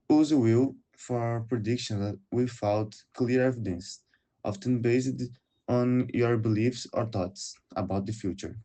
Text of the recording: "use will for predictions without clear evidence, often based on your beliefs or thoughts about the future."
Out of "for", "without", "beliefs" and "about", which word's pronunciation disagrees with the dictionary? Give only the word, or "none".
without